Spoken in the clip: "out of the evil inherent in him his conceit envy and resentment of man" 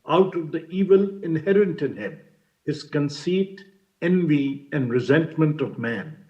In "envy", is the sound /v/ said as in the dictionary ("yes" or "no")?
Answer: yes